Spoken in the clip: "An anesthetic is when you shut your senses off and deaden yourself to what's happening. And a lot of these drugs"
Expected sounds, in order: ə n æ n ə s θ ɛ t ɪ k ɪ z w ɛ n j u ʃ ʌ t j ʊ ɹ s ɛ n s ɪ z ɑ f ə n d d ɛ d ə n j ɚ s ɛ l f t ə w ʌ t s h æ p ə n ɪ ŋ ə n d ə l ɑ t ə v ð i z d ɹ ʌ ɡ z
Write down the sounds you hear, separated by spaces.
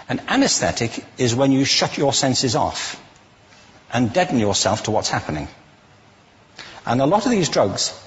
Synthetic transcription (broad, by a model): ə n æ n ə s θ ɛ t ɪ k ɪ z w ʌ n j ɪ ʃ ʌ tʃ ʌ ɹ s ɛ n s ɪ z ɑ f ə n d d ɛ d n j ɚ s ɛ l f t ə w ʌ t s h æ p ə n ɪ ŋ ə n ə l ɑ t ə v ð i z d ɹ ʌ ɡ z